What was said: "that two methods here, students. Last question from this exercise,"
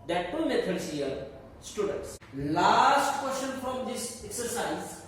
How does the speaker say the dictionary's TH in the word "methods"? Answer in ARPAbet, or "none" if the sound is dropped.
T